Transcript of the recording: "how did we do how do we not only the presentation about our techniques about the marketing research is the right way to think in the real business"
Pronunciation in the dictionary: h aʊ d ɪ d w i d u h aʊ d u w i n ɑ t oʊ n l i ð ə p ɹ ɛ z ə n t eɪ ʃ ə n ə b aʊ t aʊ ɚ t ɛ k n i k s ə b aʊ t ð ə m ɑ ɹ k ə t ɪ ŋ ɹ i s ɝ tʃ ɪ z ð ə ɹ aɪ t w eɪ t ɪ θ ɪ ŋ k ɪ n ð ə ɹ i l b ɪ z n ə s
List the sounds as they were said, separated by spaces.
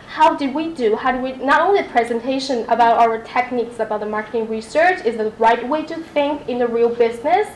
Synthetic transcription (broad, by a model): h aʊ d ɪ d w i d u h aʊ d w i n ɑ t oʊ n l i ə p ɹ ɛ z ə n t eɪ ʃ ə n ə b aʊ t aʊ ɚ t ɛ k n i k s ə b aʊ t ð ə m ɑ ɹ k ə t ɪ ŋ ɹ i s ɝ tʃ ɪ z ð ə ɹ aɪ t w eɪ t ɪ θ ɪ ŋ k ɪ n ð ə ɹ i l b ɪ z n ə s